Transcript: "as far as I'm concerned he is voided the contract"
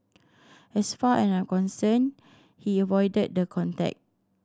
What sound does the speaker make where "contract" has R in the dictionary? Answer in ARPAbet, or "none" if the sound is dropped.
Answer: none